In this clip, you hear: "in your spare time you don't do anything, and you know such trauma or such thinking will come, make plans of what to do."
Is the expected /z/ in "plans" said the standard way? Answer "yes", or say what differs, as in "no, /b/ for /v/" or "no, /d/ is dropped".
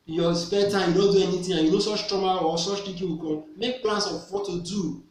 no, /s/ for /z/